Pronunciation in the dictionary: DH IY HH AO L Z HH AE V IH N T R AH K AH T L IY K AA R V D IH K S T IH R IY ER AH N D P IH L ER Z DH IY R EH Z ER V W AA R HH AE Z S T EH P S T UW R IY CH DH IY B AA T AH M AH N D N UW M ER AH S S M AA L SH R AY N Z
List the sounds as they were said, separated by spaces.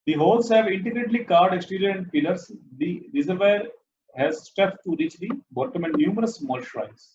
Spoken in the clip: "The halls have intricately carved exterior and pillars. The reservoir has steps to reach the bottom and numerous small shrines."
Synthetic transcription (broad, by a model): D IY HH AO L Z HH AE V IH N T AH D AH T L IY K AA R D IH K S T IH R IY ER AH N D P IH L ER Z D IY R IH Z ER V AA R HH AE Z S T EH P T UW R IY CH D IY B AA T AH M AH N D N UW M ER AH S S M AA L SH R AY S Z